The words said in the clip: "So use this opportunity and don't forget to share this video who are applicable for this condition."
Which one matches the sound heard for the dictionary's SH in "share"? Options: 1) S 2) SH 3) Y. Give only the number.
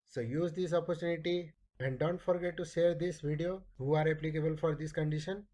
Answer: 1